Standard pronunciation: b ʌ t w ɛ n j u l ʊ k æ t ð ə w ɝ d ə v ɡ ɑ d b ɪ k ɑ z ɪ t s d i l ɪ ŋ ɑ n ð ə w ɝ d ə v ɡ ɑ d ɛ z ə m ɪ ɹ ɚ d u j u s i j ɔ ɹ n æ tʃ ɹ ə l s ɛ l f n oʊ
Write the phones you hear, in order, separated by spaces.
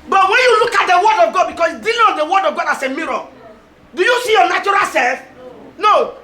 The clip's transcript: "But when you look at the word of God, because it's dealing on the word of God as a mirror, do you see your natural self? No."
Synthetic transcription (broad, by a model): b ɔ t w ɛ n j u l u k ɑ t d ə w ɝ d ə v ɡ ɑ d b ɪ k ɑ s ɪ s d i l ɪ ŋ ɑ n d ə w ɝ d ə v ɡ ɑ d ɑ s ə m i ɹ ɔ d u j u s i j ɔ n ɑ tʃ ɹ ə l s ɛ l f n oʊ